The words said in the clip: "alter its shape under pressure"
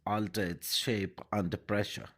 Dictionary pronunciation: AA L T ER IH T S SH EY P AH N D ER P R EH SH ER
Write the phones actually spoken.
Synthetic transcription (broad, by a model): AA L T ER IH T S SH EY P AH N D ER P R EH SH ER